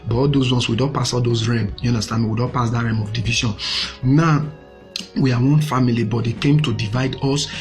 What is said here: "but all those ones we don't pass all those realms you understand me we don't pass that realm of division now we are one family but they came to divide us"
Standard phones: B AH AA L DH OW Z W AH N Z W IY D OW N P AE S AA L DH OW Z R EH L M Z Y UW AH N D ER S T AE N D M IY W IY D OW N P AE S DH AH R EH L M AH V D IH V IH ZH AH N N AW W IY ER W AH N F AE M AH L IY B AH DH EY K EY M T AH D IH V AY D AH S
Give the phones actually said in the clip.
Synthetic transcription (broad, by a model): B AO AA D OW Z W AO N S W IY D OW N P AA S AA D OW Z R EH M Y UW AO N D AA S T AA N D M IY W IY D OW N P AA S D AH R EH M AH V D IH V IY SH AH N N AW W IY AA W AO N F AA M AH L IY B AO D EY K EY M T AH D IH V AY D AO S